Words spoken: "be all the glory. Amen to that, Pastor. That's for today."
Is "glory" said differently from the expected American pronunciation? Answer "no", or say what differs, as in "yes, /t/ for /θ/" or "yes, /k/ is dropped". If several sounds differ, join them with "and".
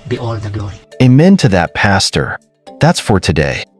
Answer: yes, /l/ is dropped